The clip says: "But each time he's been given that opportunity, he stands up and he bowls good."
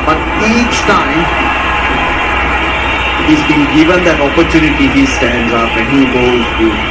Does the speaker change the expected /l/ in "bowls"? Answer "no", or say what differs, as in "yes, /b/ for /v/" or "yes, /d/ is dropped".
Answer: yes, /l/ is dropped